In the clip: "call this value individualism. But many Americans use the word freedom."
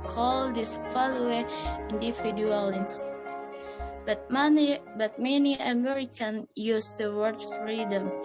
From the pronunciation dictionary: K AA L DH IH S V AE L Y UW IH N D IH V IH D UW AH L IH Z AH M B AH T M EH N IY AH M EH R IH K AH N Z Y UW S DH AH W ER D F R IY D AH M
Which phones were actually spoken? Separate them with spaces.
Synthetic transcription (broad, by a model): K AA L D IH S F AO L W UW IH N D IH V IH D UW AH L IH S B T B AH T M EH N IY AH M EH R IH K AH N Y UW S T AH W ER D F R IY D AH M